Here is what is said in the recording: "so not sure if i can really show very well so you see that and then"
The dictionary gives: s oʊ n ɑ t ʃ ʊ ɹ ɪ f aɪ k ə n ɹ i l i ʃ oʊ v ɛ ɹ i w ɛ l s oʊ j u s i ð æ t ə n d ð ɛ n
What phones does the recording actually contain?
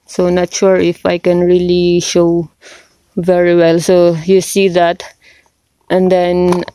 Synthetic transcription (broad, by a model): s oʊ n ɑ t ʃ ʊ ɹ ɪ f aɪ k ə n ɹ i l i ʃ oʊ v ɛ ɹ i w ɛ l s oʊ j u s i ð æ t ə n d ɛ n